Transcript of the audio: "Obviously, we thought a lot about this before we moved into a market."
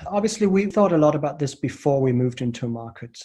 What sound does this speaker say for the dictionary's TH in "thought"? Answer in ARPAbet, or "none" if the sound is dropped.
TH